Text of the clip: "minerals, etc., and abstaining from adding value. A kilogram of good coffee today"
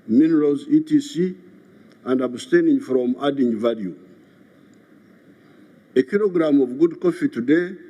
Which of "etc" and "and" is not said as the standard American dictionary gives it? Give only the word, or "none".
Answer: etc